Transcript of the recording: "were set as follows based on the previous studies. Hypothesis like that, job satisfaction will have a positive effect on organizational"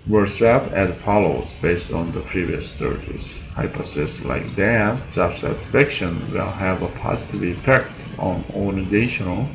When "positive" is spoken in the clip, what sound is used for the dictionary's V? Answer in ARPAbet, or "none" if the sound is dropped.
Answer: V